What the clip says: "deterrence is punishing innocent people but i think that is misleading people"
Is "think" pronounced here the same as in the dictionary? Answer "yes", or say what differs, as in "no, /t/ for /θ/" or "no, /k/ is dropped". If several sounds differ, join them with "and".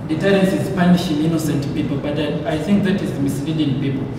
yes